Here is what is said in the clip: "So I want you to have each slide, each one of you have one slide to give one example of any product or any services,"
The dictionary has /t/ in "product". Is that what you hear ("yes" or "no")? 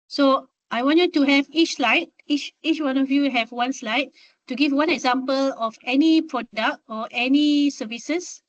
yes